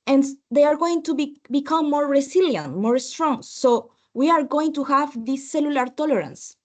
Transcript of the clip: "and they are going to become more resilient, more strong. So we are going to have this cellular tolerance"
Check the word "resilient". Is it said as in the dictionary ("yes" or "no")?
no